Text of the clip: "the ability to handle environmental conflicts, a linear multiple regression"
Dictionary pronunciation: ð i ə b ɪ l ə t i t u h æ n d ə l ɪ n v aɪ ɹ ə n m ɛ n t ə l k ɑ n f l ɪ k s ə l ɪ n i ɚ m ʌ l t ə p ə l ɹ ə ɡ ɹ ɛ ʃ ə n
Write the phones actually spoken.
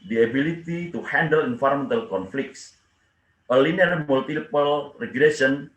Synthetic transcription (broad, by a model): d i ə b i l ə t i t u h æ n d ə l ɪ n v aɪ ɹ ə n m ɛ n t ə l k ɑ n f l ɪ k s ə l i n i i m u l t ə p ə l ɹ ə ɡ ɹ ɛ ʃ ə n